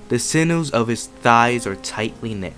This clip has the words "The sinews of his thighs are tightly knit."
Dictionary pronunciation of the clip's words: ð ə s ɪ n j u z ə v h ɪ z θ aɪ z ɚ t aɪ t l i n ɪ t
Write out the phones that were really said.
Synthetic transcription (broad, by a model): ð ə s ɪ n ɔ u z ə v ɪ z θ aɪ z ɚ t aɪ t l i n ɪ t